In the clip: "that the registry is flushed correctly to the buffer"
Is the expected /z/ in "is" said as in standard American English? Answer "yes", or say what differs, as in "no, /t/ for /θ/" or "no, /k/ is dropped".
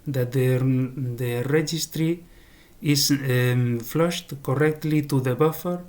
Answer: no, /s/ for /z/